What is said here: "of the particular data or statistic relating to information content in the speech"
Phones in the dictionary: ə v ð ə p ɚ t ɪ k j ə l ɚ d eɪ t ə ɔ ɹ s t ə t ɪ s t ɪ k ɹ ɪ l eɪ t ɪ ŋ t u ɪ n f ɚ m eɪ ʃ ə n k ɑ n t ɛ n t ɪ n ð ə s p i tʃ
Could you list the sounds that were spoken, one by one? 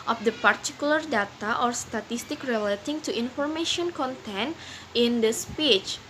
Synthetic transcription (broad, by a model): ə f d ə p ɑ t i k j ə l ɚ d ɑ t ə ɔ ɹ s t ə t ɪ s t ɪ k ɹ ɪ l eɪ t ɪ ŋ t u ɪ n f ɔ m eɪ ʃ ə n k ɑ n t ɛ n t ɪ n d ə s p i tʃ